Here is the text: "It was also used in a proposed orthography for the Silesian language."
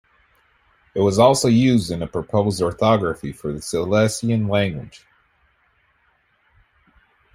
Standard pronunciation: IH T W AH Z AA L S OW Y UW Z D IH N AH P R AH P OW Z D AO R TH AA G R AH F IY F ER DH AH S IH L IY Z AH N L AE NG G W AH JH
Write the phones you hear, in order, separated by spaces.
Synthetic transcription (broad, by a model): IH T W AH Z AA L S OW Y UW Z D IH N AH P R AH P OW Z D AO R TH AA G R AH F IY F ER DH AH S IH L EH S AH N L AE NG G W AH JH